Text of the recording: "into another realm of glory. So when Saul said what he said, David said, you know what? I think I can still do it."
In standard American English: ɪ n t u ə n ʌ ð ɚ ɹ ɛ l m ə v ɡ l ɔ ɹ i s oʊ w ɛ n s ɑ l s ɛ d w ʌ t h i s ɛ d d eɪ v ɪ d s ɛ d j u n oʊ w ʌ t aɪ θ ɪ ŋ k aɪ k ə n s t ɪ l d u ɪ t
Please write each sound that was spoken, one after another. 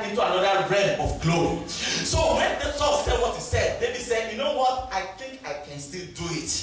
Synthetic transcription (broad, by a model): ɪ n t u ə n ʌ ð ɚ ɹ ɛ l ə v ɡ l ɔ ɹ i s oʊ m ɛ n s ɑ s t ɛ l w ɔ t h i s ɛ d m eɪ b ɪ s ɛ d j u n oʊ w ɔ t aɪ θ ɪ ŋ k aɪ k ə n s t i l d u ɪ t